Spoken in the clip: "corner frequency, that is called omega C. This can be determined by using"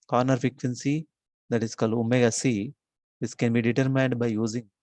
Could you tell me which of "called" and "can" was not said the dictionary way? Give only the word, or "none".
none